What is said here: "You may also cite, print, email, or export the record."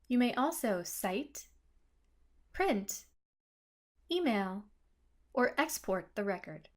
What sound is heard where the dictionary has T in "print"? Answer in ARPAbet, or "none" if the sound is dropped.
T